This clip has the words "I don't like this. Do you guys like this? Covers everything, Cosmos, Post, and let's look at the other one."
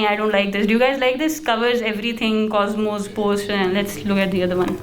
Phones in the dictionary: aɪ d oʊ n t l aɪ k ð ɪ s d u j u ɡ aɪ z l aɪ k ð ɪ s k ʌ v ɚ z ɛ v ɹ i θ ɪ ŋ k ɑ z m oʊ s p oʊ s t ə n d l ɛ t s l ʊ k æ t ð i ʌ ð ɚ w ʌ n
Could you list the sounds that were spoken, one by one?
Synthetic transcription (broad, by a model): aɪ d oʊ n t l aɪ k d ɪ s d u j u ɡ aɪ z l aɪ k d ɪ s k ʌ v ɚ z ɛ v ɹ i t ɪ ŋ k ɑ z m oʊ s p oʊ s t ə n l ɛ t s l ʊ k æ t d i ʌ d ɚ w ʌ n